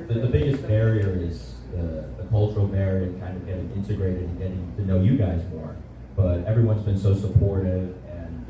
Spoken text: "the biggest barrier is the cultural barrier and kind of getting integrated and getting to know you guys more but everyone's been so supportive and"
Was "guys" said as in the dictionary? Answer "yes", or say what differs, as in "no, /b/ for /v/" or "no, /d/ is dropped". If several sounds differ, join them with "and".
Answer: yes